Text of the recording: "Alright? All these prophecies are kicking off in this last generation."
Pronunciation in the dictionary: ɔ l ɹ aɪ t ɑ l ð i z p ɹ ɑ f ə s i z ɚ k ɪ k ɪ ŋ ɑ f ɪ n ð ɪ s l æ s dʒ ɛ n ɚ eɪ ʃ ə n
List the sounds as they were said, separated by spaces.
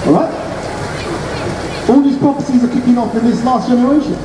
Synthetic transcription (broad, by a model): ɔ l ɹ aɪ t ɑ l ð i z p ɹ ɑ p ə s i z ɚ k ɪ k ɪ ŋ ɑ f ɪ n ð ɪ s l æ s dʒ ɛ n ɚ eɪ ʃ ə n